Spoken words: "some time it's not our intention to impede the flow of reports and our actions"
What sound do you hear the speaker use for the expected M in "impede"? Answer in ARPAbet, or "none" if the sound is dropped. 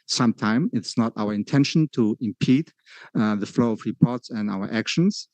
M